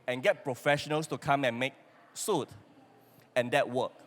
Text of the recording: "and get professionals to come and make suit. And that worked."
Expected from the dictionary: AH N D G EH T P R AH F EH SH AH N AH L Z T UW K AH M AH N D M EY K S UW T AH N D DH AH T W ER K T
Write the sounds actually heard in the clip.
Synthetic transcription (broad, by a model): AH N G EH T P R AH F EH SH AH N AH L S T UW K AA M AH N M EY K S UW T AH N D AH T W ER K